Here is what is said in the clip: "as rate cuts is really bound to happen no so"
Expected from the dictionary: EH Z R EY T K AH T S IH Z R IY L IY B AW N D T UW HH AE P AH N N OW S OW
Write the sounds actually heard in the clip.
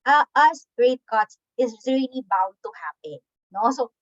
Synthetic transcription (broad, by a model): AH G R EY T K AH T S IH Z R IY L IY B AW N D T UW HH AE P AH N N OW S OW